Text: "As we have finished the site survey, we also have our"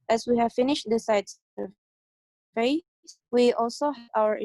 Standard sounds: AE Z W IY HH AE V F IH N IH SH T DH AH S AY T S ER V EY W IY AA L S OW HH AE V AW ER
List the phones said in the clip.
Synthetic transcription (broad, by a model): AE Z W IY HH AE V F IH N IH SH T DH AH S AY T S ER F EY W IY AA L S OW HH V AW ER